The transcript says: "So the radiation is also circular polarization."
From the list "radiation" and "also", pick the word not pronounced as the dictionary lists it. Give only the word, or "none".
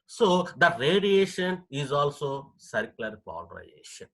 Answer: none